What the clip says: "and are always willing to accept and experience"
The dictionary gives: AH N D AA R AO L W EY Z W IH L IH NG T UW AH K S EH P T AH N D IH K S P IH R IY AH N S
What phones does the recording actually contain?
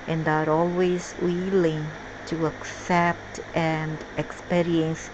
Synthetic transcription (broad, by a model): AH N D AA R AO L W EY Z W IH L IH NG T UW AH K S EH P T AH N D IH K S P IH R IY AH N S